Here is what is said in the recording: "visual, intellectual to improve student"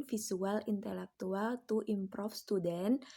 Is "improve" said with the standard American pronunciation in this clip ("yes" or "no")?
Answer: no